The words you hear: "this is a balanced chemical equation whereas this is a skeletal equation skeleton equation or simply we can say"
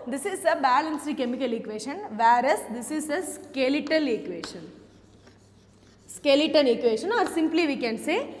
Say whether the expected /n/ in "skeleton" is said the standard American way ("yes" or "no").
no